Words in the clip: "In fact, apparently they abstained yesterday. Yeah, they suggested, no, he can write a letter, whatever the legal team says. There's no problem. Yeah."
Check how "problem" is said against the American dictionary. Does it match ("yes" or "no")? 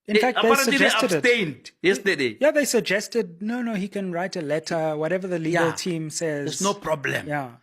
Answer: yes